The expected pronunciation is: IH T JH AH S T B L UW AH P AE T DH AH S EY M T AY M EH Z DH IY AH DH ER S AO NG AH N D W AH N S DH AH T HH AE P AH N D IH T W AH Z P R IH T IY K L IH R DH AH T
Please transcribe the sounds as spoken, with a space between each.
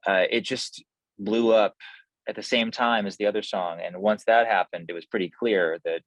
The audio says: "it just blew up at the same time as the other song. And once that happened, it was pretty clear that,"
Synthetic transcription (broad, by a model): IH T JH AH S T B L UW AH P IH T DH AH S EY M T AY M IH Z DH IY AH DH ER S AO NG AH N W AH N S DH AH T HH AE P AH N D IH T W AH Z P R IH T IY K L IH R DH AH T